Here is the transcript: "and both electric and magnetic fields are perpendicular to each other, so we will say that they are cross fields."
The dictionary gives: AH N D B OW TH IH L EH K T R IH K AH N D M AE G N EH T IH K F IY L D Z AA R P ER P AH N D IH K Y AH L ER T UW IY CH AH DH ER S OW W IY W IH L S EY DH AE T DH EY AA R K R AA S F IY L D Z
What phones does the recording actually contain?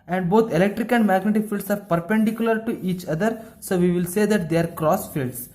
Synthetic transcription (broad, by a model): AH N D B OW T IH L EH K T R IH K AH N D M AE G N EH T IH K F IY L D S AA R P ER P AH N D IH K Y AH L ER T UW IY CH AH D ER S OW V IY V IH L S EY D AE T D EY AA R K R AA S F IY L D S